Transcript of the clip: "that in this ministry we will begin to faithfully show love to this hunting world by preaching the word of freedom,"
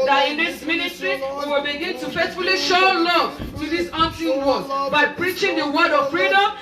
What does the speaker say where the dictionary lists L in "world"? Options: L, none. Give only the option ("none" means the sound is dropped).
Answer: none